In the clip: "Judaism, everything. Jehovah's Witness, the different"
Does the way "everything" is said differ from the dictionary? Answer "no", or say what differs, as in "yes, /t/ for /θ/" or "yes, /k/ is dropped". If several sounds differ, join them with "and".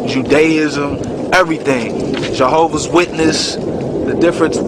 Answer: no